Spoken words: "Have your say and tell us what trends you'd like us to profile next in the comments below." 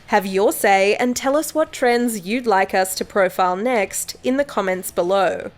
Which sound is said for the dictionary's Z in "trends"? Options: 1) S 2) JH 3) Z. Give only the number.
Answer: 3